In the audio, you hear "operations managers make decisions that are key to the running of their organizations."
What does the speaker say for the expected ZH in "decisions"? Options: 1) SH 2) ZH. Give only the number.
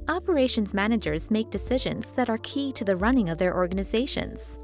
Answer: 2